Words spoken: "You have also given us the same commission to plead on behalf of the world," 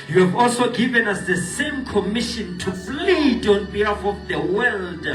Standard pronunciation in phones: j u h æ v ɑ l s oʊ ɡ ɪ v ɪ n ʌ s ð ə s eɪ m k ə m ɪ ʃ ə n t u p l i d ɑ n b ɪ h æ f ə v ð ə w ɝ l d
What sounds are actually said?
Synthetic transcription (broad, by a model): j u h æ v ɑ l s oʊ ɡ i v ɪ n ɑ s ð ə s eɪ m k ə m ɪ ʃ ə n t u f l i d ɑ n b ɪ h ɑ f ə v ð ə w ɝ l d